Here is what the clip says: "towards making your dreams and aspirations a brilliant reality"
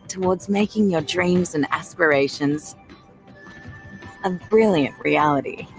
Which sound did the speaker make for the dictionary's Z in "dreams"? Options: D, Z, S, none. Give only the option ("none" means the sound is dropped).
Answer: Z